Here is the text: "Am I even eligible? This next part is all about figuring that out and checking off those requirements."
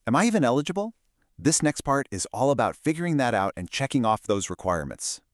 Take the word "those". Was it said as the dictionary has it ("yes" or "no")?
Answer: yes